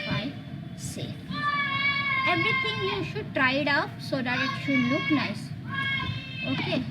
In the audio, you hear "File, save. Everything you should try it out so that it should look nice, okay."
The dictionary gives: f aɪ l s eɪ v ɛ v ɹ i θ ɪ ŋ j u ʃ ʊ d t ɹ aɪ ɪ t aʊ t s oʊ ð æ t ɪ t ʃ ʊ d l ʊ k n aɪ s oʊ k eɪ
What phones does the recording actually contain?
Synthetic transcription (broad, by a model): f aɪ s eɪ f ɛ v ɹ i t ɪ ŋ j u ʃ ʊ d t ɹ aɪ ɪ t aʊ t s oʊ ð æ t ɪ t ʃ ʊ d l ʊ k n aɪ s oʊ k eɪ